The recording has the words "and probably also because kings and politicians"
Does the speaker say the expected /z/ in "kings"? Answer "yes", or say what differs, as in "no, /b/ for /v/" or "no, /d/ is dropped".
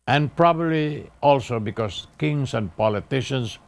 no, /s/ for /z/